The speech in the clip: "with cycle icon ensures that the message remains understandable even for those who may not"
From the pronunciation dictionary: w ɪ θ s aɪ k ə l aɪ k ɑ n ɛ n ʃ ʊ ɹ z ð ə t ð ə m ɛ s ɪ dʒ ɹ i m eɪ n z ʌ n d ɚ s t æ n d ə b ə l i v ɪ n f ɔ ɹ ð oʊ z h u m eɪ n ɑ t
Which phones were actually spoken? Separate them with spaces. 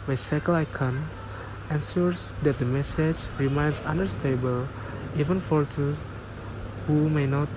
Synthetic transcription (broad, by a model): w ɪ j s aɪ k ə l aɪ k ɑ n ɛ n s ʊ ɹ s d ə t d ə m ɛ s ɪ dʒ ɹ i m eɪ n s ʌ n d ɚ s t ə b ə l i v ɪ n f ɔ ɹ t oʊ h u m eɪ n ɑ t